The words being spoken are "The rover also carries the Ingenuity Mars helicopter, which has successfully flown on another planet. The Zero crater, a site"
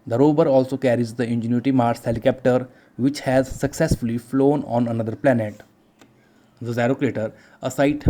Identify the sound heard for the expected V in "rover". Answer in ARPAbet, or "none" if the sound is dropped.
B